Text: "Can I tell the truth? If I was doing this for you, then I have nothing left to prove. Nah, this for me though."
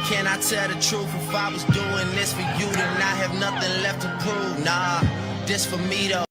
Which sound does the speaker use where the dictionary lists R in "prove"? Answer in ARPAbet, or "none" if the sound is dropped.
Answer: none